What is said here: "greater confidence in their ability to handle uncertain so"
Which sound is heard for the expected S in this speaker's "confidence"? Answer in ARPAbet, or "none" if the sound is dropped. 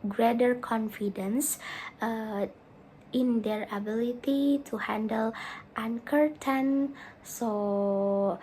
S